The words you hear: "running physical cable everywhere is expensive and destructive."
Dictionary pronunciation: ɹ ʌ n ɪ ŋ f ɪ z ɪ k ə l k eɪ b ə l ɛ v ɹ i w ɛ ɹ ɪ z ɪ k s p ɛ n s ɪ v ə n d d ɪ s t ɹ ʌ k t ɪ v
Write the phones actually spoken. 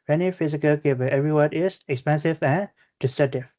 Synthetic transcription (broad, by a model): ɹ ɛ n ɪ f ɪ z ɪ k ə l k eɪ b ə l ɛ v ɹ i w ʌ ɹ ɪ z ɪ k s p ɛ n s ɪ v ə n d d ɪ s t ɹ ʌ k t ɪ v